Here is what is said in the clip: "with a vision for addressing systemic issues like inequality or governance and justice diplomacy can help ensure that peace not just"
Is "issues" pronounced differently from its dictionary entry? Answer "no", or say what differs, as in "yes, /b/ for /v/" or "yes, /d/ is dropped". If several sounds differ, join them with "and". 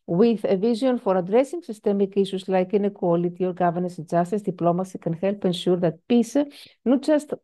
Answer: yes, /s/ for /ʃ/